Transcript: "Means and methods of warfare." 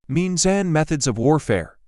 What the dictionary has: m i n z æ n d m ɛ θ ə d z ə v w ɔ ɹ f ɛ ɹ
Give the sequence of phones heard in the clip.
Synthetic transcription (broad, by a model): m i n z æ n m ɛ θ ə d z ə v w ɔ ɹ f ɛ ɹ